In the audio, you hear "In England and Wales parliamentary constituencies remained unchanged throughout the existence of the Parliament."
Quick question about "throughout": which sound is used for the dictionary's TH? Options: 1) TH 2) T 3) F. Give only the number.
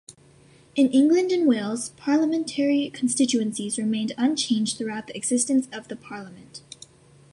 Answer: 1